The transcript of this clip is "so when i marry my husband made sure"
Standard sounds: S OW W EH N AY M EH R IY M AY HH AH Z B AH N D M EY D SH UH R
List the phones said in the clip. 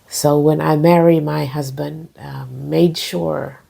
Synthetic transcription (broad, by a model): S OW W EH N AY M EH R IY M AY HH AH Z B AH N D M EY D SH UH R